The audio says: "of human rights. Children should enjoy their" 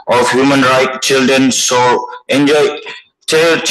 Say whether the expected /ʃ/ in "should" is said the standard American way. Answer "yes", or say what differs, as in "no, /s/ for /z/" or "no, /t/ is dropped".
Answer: no, /s/ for /ʃ/